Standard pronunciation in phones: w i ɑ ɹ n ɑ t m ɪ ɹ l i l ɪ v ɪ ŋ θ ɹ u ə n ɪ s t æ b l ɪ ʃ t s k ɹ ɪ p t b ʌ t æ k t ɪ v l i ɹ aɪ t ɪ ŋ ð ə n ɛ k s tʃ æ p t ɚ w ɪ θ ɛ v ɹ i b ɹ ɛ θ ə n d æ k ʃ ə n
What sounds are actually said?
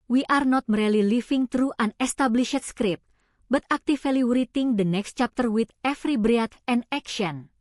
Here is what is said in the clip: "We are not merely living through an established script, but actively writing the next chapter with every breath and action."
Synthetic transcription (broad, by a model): w i ɑ ɹ n ɑ t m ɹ l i l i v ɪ ŋ t ɹ u ə n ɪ s t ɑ b l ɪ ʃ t s k ɹ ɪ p b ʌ t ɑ k t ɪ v l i ɹ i t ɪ ŋ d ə n ɛ k s tʃ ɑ p t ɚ w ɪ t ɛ f ɹ i b ɹ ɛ t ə n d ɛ k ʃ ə n